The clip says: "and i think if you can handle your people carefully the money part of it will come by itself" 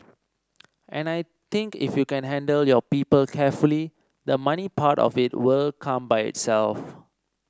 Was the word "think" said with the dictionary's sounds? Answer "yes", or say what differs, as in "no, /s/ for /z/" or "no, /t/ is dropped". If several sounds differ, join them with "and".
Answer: no, /t/ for /θ/